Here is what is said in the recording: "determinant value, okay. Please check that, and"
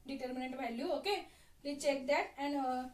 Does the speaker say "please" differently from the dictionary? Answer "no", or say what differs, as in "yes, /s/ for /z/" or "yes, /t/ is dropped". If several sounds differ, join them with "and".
yes, /z/ is dropped